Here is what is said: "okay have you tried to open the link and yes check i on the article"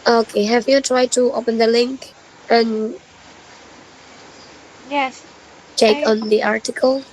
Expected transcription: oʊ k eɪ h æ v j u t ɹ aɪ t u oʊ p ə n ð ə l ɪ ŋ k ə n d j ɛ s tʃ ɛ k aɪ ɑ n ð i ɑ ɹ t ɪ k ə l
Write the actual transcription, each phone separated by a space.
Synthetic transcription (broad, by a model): oʊ k eɪ h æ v j u t ɹ aɪ t u oʊ p ə n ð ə l ɪ ŋ k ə n j ɛ s tʃ ɛ k ɑ n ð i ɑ ɹ t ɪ k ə l